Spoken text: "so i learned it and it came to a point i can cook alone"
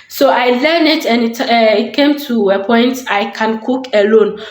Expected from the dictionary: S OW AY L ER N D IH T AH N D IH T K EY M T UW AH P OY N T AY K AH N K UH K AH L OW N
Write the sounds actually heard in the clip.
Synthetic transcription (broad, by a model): S OW AY L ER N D IH T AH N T IH T K EY M T UW AH P OY N T AY K AH N K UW K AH L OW N